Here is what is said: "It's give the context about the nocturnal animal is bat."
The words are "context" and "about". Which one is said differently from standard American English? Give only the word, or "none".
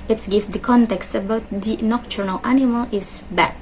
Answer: none